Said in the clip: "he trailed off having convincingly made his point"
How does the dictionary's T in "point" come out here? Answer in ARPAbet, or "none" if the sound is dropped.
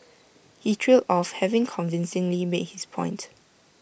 T